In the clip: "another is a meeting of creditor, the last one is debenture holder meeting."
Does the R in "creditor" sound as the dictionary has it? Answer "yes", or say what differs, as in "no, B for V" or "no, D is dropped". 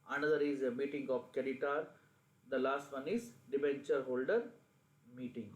no, R is dropped